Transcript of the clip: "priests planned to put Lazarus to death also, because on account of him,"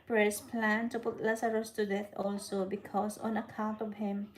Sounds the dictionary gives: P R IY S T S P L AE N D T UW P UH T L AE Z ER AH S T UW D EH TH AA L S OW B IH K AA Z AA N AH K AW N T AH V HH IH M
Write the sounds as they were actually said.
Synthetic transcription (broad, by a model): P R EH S S P L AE N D T UW P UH T L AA S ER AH S T UW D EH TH AA L S OW B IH K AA S AA N AH K AW N T AH V HH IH M